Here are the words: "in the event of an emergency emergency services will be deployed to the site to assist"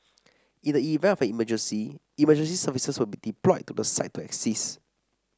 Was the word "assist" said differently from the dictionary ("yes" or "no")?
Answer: yes